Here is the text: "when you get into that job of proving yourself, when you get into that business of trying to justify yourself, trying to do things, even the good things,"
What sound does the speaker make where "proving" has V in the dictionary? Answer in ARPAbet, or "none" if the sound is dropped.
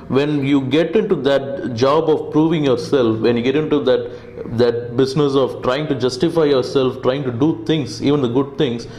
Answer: V